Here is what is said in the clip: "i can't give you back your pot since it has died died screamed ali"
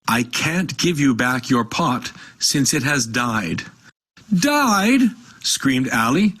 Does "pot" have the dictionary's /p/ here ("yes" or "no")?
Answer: yes